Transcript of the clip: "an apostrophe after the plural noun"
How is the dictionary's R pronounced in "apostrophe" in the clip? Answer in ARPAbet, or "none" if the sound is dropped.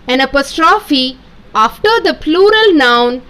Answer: R